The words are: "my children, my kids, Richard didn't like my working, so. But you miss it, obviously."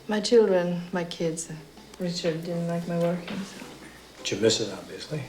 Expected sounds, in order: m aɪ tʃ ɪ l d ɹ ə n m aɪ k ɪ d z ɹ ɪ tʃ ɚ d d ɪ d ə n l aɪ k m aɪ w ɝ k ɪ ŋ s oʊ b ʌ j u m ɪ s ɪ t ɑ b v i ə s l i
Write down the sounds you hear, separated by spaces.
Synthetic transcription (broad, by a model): m aɪ tʃ ɪ l d ɹ ə n m aɪ k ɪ d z ɹ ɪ tʃ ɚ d d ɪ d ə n l aɪ k m aɪ w ɝ k ɪ ŋ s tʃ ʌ m ɪ s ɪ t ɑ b v i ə s l i